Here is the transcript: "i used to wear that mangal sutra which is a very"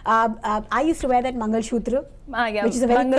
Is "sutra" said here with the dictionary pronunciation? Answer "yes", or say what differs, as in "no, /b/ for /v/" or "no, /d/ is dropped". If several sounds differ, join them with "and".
no, /ʃ/ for /s/